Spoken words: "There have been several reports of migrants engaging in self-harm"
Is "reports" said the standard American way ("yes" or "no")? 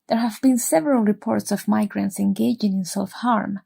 yes